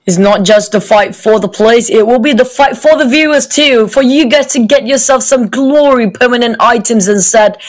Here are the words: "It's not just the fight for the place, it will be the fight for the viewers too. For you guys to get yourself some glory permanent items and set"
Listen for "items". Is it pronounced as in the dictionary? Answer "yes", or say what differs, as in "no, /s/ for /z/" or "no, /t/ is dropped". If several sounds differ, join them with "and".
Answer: yes